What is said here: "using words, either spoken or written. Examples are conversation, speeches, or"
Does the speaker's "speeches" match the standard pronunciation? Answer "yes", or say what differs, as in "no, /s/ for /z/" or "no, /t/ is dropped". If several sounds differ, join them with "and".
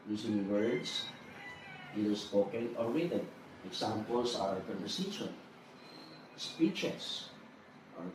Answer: no, /s/ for /z/